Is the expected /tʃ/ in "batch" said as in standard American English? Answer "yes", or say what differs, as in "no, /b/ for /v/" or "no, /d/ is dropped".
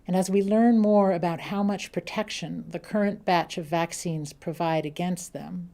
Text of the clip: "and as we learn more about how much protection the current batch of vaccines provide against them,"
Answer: yes